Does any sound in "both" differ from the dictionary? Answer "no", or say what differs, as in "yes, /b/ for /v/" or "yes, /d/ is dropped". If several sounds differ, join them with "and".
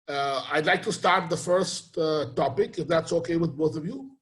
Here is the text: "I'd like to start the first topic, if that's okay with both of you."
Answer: no